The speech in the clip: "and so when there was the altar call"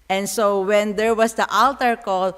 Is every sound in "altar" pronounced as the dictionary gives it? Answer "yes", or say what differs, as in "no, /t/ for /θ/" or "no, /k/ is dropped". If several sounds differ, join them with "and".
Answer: yes